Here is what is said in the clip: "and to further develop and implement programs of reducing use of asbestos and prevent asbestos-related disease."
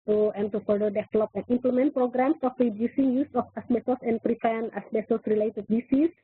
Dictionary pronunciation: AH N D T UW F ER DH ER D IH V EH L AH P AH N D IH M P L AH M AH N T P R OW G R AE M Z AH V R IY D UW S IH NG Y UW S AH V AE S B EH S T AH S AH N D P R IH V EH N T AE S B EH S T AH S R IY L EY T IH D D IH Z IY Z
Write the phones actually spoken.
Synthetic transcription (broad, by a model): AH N T UW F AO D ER D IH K L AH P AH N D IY M P L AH M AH N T P R OW G R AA M S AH F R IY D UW S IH NG Y UW S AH F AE S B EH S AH S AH N P R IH F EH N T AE S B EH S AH S R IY L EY T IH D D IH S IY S